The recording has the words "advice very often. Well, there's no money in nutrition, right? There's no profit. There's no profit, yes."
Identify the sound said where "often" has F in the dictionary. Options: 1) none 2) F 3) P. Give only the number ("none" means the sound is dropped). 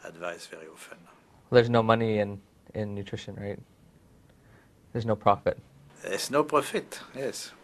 2